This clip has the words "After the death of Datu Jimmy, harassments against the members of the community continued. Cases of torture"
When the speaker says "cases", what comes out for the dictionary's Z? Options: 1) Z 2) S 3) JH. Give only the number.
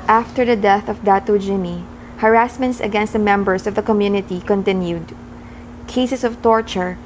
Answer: 2